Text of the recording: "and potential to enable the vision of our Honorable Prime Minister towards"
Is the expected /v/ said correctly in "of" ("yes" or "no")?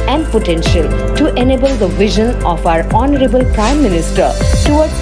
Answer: no